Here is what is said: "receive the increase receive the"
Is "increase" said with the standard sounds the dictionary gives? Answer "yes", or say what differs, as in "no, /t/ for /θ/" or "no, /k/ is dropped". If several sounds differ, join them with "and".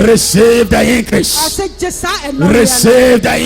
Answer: no, /n/ is dropped